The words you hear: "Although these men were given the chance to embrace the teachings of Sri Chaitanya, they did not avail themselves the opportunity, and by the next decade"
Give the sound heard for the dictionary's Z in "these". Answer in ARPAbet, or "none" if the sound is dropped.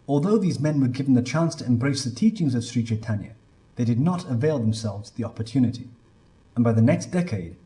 Z